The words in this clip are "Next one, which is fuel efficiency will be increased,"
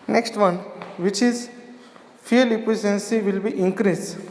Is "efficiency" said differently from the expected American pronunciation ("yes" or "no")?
yes